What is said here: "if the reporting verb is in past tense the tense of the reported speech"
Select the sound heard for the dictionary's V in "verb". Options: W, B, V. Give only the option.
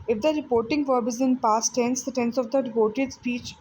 V